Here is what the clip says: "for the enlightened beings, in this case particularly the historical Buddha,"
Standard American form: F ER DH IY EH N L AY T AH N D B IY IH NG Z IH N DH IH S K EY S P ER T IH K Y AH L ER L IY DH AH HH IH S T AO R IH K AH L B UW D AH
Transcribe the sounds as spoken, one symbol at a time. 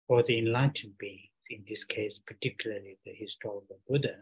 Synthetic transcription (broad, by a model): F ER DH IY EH N L AY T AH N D B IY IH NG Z IH N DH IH S K EY S P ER T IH K Y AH L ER L IY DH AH HH IH S T AO R IH K AH L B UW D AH